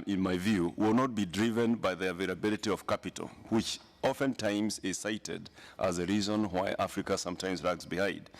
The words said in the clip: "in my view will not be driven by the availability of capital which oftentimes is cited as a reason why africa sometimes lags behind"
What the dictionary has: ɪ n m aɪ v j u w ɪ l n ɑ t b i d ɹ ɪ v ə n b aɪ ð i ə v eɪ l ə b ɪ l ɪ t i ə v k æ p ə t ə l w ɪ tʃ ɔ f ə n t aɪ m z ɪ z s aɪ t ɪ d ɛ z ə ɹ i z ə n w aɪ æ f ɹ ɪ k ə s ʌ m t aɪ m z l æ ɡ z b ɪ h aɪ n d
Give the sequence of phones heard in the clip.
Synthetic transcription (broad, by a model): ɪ n m aɪ v j u w ɪ l n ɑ t b i d ɹ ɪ v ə n b aɪ ð i ə v eɪ l ə b ɪ l ɪ t i ə v k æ p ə t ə l w ɪ tʃ ɔ f ə n t aɪ m z ɪ z s aɪ t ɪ d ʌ z ə ɹ i z ə n w aɪ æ f ɹ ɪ k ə s ʌ m t aɪ m z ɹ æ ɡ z b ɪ h aɪ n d